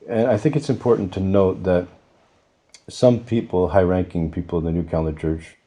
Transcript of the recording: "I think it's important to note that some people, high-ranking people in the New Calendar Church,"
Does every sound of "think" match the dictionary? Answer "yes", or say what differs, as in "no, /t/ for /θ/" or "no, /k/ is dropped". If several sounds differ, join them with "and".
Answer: yes